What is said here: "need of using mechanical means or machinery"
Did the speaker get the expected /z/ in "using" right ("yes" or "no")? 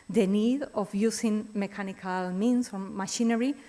no